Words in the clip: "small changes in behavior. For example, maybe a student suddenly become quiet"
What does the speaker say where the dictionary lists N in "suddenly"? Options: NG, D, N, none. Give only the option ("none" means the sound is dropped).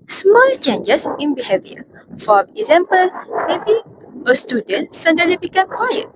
none